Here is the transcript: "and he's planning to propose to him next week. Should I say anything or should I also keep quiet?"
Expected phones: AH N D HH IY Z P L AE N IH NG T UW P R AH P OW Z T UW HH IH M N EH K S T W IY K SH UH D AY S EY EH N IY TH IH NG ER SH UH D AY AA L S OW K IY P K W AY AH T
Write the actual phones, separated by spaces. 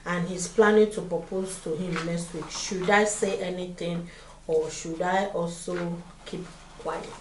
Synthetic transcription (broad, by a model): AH N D HH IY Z P L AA N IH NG T UW P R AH P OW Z T UW HH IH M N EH S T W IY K SH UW D AY S EY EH N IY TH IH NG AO SH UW D AY AA L S OW K IY P K W AY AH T